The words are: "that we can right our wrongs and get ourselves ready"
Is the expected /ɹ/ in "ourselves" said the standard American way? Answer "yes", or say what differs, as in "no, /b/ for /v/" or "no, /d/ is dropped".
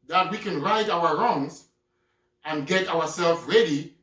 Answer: no, /w/ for /ɹ/